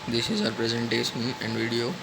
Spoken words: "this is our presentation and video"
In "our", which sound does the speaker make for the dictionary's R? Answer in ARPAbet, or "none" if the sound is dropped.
R